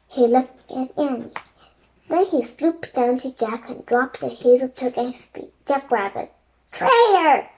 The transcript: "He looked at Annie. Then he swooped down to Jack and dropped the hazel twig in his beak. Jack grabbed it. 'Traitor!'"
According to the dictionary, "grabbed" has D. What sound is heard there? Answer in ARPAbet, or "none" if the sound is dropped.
none